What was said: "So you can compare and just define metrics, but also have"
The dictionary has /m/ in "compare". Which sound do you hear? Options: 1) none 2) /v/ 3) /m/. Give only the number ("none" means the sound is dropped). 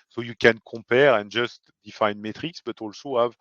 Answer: 1